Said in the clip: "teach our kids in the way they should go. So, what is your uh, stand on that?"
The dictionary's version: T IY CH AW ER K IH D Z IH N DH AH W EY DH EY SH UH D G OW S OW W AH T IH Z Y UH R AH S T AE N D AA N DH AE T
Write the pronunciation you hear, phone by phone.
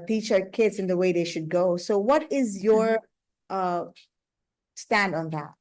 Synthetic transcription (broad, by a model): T IY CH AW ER K IH D Z IH N DH AH W EY DH EY SH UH D G OW S OW W AH T IH Z Y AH R AH S T AE N D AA N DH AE T